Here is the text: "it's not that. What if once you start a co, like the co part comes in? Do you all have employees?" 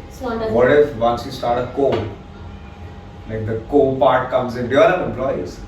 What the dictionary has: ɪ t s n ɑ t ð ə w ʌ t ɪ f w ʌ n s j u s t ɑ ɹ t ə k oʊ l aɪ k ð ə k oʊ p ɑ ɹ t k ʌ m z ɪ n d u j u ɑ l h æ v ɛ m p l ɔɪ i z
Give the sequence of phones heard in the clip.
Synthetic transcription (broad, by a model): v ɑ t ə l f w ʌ n s j u s t ɑ ɹ t ə k oʊ l aɪ k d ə k oʊ p ɑ ɹ t k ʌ m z ɪ n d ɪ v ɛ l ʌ p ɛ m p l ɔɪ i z